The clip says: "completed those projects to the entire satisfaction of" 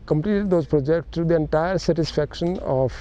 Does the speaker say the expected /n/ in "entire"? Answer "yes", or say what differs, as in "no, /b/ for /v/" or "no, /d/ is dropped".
yes